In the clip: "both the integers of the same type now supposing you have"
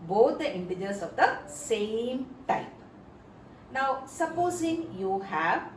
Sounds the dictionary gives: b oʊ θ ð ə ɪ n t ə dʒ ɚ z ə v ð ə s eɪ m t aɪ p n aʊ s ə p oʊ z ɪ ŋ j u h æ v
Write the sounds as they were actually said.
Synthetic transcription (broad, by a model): b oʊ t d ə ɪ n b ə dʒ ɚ s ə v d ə s eɪ m t aɪ p n aʊ s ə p oʊ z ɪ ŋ j u h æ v